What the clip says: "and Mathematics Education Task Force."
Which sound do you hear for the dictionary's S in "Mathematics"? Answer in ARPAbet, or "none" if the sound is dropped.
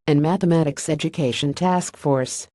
S